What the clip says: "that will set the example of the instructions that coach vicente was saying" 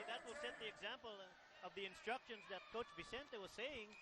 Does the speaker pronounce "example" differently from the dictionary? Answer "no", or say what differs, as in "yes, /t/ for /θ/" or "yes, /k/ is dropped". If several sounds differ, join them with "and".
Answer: no